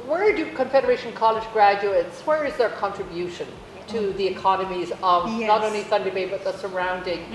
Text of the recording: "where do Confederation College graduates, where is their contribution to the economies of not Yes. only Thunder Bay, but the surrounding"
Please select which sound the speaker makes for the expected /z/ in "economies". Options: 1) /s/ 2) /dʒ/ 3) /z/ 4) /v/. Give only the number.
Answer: 3